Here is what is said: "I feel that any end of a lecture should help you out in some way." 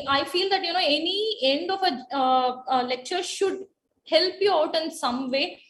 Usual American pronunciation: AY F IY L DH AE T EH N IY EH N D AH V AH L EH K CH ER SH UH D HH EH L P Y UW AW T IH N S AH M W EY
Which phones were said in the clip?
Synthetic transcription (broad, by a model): AY F IY L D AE T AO N IY EH N D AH F AH L EH K CH ER SH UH D HH EH L P Y UW AW T IH N S AH M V EY